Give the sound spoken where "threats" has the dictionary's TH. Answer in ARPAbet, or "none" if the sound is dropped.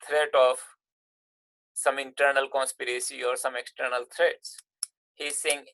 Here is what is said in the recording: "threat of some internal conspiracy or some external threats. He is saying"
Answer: T